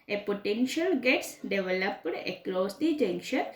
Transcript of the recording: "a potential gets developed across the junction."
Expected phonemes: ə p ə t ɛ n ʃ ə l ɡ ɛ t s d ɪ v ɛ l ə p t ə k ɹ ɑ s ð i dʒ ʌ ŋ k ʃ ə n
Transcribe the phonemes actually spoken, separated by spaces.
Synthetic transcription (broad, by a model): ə p ə t ɛ n ʃ ə l ɡ ɛ t s d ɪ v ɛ l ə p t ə k l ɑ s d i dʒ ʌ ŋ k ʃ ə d